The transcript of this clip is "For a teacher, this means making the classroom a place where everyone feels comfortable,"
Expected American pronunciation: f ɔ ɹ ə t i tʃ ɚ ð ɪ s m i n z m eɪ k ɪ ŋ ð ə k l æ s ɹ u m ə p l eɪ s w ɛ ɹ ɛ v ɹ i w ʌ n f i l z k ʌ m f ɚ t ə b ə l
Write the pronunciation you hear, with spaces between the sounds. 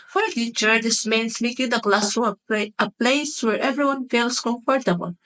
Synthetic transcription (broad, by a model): f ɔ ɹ ə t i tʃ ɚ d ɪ s m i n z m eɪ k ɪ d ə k l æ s u ə p l eɪ s w ɛ ɹ ɛ v ɹ i w ʌ n f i l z k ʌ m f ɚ t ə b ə l